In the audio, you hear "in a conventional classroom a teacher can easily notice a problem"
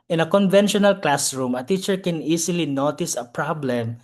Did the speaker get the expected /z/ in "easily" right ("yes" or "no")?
no